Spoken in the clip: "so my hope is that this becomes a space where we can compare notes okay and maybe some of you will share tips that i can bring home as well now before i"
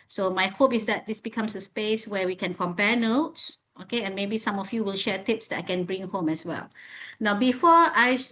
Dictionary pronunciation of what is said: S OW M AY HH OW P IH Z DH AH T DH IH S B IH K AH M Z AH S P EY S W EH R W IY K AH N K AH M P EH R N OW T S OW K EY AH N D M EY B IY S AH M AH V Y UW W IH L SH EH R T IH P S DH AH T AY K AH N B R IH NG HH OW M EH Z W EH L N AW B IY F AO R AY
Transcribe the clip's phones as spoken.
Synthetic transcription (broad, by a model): S OW M AY HH OW P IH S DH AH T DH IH S B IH K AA M S AH S P EY S W EH W IY K AH N K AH M P EH N OW T S OW K EY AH N M EY B IY S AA M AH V Y UW W IH L SH EH T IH P S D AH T AY K AH N B R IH NG HH OW M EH S W EH L N AW B IY F AO AY